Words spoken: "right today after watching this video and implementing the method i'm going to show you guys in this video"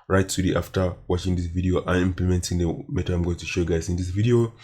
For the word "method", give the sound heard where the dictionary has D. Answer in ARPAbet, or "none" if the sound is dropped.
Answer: none